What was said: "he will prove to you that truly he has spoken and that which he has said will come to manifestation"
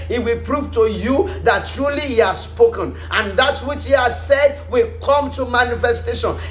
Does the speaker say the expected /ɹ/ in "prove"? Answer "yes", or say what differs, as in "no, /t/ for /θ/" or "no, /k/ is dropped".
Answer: yes